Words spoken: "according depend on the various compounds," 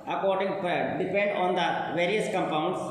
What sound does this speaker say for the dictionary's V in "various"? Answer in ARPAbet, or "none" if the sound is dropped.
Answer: V